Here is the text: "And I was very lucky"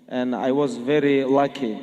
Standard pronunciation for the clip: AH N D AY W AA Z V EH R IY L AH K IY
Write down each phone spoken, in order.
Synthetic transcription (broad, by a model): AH N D AY W AA Z V EH R IY L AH K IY